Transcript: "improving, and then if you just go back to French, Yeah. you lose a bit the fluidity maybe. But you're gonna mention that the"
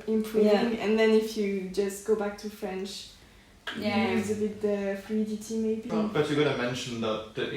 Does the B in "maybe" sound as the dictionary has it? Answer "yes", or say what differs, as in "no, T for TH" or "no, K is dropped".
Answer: yes